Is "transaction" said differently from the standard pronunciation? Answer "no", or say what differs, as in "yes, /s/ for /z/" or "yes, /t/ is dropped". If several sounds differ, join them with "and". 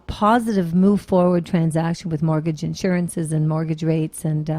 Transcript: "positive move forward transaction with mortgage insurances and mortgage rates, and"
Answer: no